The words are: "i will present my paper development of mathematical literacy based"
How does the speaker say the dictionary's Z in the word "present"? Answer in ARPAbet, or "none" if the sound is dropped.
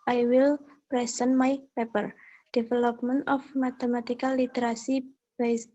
S